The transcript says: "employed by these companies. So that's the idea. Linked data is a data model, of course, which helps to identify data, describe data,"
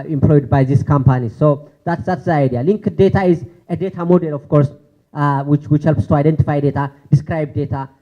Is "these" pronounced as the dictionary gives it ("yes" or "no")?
no